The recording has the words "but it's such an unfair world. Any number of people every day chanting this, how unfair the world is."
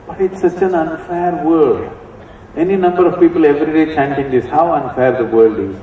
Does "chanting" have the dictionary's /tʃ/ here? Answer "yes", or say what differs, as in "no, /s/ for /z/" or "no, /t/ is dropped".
yes